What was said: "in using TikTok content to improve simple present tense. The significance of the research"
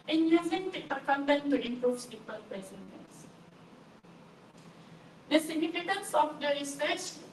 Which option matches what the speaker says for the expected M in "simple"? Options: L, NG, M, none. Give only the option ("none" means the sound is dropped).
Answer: none